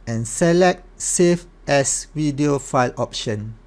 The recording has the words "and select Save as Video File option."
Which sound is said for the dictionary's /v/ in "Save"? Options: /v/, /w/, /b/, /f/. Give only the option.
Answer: /f/